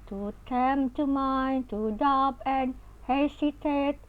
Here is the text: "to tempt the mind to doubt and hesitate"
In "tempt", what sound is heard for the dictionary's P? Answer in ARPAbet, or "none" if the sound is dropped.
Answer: none